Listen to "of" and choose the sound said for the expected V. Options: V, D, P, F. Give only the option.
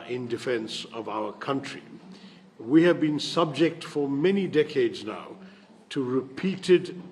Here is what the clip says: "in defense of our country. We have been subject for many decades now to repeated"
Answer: V